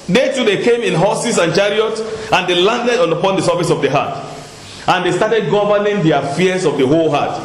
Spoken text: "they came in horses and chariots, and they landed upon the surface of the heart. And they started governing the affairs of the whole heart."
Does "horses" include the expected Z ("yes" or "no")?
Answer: no